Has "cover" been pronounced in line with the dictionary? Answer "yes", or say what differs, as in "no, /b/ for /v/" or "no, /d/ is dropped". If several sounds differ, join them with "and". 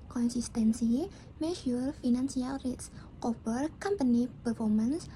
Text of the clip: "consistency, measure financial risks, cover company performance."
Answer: no, /b/ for /v/